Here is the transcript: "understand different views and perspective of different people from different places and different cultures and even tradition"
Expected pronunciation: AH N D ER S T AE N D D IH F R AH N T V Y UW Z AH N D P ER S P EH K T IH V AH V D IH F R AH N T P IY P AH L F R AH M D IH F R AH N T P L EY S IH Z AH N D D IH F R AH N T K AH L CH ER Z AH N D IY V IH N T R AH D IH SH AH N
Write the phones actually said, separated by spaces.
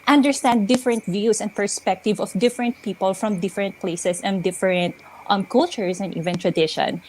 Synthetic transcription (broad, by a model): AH N D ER S T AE N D D IH F R AH N T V Y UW S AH N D P ER S P EH K T IH V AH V D IH F R AH N T P IY P AH L F R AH M D IH F R AH N T P L EY S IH S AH N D D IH F R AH N T K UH L CH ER S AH N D IY V IH N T R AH D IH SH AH N